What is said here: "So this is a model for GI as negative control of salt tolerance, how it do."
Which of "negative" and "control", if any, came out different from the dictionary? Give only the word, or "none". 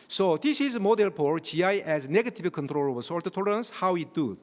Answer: negative